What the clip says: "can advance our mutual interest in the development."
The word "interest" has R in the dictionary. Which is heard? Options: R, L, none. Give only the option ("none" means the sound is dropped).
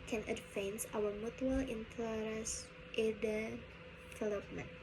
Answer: L